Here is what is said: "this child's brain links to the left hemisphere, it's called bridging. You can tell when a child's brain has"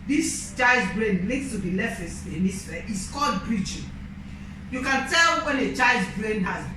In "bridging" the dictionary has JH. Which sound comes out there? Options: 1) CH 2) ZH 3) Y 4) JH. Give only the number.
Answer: 1